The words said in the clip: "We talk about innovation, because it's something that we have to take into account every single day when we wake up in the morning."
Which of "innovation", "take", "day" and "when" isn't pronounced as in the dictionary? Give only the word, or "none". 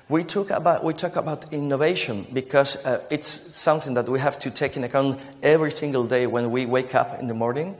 none